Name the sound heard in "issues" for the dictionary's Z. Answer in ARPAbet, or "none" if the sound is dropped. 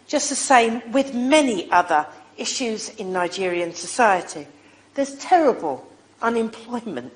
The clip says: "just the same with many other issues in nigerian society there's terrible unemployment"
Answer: Z